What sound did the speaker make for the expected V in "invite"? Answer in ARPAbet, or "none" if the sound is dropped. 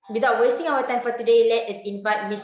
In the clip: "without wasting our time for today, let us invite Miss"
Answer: F